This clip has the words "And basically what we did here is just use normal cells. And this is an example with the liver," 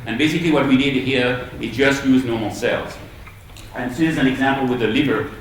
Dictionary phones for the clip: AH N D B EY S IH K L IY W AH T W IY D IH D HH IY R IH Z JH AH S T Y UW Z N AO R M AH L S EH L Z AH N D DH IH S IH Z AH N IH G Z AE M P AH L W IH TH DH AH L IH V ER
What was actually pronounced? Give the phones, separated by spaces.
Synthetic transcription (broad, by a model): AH N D B EY S IH K L IY W AH T W IY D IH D HH IY R IH Z JH AH S T Y UW Z N AO R M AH L S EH L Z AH N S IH IH Z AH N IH G Z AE M P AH L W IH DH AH L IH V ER